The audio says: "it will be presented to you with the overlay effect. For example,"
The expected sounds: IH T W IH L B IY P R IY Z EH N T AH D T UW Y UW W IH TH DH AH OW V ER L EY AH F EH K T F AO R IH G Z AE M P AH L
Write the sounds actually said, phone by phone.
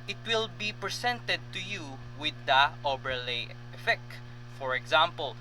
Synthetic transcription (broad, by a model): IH T W IH L B IY P R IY S EH N T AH D T UW Y UW W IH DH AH OW B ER L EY AH F EH K T F AO R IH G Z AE M P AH L